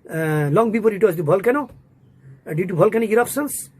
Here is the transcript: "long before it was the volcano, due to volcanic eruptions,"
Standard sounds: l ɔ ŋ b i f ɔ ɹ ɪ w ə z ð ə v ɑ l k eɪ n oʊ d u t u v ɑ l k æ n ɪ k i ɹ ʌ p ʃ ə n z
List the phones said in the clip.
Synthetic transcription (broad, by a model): l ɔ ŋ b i p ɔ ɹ ɪ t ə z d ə b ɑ l k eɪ n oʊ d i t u b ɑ l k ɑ n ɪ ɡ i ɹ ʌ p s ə n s